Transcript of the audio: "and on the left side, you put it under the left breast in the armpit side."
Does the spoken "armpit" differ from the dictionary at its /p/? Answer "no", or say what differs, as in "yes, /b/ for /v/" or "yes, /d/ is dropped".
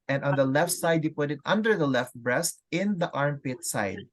no